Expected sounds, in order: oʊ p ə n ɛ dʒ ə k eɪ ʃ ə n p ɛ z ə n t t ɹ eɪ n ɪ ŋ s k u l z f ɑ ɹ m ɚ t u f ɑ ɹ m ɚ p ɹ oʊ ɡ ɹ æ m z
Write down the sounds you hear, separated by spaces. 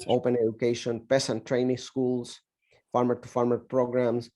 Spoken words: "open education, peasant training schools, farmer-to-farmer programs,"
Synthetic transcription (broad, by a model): oʊ p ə n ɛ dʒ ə k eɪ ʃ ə n p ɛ s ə n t t ɹ eɪ n ɪ ŋ s k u l s f ɑ ɹ m ɚ t u f ɑ ɹ m ɚ p ɹ oʊ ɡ ɹ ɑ m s